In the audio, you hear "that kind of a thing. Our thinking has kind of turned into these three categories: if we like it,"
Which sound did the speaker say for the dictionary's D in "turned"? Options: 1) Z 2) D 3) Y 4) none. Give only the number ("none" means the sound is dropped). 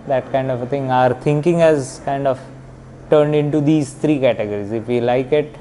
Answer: 2